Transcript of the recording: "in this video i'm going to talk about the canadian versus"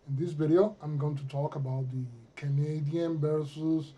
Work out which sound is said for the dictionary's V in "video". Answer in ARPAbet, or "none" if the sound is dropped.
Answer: B